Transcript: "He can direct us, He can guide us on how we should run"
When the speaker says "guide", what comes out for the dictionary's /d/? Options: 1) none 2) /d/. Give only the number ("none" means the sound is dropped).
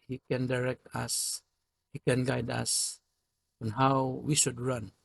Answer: 2